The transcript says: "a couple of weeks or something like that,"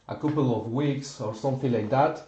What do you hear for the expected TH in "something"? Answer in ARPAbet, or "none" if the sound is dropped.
F